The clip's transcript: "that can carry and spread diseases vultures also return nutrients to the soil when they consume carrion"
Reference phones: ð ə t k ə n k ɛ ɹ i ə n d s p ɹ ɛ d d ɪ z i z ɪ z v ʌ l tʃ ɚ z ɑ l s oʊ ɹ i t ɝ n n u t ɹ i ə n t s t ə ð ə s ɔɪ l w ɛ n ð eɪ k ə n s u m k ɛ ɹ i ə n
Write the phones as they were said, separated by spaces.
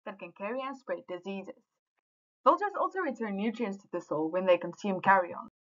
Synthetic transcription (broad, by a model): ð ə t k ə n k ɛ ɹ i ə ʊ s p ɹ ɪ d d ɪ z i z ɪ z b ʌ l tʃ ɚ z ɑ l s oʊ ɹ i t ɝ n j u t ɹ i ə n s t ə ð ə s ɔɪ l w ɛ n ð eɪ k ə n s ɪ m k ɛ ɹ i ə n